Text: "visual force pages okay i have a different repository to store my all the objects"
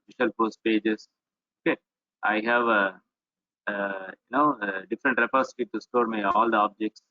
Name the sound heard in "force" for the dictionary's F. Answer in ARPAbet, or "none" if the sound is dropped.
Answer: P